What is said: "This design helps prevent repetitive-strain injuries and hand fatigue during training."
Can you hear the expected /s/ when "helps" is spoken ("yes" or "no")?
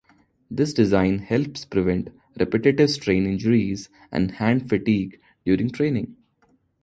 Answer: yes